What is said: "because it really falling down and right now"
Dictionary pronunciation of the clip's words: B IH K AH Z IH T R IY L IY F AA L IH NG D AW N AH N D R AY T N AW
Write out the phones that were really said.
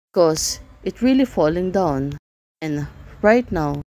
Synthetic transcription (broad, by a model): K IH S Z IH T R IY L IY F AA L IH NG D AW N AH N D R AY T N AW